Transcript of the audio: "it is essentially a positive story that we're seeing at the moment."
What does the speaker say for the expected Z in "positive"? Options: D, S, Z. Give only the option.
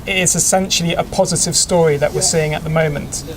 Z